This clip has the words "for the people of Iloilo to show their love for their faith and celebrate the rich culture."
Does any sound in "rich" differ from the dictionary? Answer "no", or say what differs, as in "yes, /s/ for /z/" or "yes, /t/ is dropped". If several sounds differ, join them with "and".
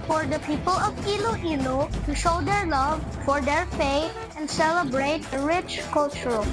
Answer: no